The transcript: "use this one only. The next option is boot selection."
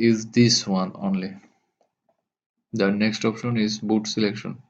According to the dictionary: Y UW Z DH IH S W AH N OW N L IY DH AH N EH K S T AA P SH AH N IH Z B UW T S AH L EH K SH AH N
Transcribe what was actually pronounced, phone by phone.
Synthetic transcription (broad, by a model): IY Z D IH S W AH N OW N L IY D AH N EH K S T AA P SH AH N IH Z B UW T S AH L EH K SH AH N